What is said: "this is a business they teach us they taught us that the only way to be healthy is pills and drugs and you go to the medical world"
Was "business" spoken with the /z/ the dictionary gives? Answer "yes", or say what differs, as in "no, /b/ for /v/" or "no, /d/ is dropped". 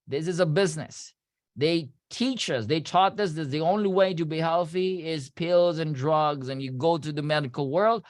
yes